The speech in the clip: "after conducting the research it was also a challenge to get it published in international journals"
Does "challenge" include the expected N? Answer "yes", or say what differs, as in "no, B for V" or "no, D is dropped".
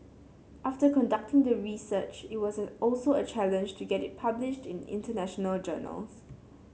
yes